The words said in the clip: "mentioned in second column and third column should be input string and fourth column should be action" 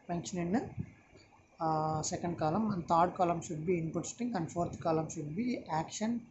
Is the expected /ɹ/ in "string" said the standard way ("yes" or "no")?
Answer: no